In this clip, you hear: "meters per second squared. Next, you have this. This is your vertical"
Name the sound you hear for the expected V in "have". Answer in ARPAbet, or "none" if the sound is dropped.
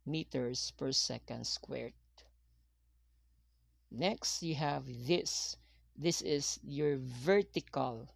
V